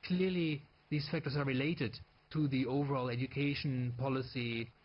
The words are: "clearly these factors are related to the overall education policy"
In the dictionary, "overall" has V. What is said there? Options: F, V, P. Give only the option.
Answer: V